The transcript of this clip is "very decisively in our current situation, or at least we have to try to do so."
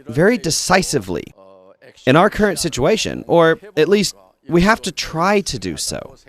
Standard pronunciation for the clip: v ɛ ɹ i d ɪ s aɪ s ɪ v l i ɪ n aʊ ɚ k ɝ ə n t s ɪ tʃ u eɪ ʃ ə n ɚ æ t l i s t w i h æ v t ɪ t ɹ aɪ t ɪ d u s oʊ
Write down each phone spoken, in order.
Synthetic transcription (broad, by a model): v ɛ ɹ i d ɪ s aɪ s ɪ v l i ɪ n aʊ ɚ k ɝ ə n t s ɪ tʃ u eɪ ʃ ə n ɚ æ t l i s t w i h æ f t ɪ t ɹ aɪ t ɪ d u s oʊ